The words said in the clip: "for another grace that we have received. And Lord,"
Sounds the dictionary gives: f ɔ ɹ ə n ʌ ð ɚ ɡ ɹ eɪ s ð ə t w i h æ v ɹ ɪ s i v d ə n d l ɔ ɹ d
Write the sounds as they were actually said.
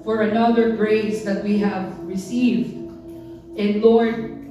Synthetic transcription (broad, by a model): f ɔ ɹ ə n ʌ ð ɚ ɡ ɹ eɪ s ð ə t w i h æ v ɹ ɪ s i v d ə n l ɔ ɹ d